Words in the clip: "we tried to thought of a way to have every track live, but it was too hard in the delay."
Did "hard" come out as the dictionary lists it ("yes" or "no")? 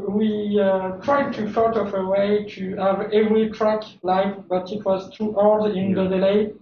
no